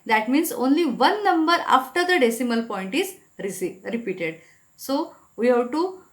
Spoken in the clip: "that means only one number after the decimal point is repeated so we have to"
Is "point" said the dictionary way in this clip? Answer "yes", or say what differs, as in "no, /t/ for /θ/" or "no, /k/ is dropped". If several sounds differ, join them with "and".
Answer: yes